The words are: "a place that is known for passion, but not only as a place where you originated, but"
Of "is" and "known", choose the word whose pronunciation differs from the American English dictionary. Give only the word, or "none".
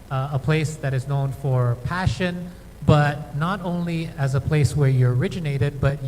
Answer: none